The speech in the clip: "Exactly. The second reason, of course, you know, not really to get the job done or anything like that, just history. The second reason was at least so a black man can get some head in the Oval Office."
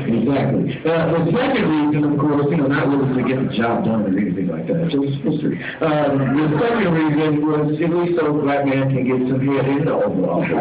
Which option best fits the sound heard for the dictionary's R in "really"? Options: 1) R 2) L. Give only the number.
2